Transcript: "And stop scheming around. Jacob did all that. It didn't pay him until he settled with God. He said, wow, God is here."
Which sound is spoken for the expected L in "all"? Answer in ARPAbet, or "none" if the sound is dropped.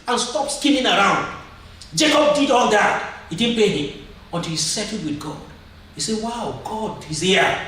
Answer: N